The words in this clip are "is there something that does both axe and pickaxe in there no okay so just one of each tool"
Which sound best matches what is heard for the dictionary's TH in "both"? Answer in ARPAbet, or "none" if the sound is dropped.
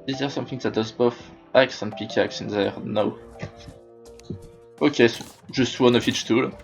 F